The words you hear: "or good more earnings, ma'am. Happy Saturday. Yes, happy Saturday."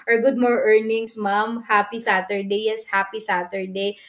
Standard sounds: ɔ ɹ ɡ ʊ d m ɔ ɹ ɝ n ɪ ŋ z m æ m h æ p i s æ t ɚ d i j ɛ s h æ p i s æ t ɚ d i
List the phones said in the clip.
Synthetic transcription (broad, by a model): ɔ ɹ ɡ ʊ d m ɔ ɹ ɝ n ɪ ŋ s m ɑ m h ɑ p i s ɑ t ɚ d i j ɛ s h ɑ p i s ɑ t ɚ d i